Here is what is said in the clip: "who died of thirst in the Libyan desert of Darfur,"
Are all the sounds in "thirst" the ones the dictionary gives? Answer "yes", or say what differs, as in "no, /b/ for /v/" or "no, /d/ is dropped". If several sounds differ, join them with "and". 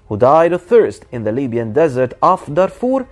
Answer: yes